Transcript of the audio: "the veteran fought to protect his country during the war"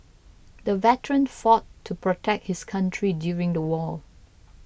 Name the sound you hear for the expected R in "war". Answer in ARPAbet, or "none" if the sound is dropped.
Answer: L